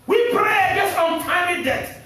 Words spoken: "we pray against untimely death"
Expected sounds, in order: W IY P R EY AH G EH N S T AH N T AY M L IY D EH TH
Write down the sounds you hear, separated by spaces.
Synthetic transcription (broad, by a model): W IY P R EY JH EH S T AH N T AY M IY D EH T